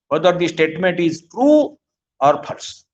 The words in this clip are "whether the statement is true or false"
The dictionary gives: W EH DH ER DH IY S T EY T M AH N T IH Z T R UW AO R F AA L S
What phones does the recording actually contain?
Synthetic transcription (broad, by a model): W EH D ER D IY S T EY T M AH N T IH Z T R UW AO R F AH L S